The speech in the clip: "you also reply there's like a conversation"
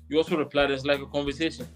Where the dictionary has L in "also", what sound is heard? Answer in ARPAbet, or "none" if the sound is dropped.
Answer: L